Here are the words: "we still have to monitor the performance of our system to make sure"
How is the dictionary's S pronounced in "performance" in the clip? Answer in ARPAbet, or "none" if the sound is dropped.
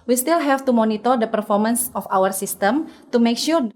S